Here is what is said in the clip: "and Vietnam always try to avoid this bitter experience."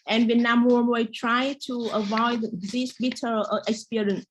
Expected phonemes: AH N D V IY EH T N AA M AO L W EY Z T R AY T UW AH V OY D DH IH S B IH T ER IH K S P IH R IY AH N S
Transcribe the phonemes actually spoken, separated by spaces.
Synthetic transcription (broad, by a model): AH N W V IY N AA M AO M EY T R AY T UW AH V OY D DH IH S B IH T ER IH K S P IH R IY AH N S